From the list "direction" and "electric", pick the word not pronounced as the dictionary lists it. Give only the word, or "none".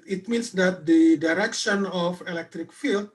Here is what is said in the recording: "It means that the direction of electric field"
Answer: none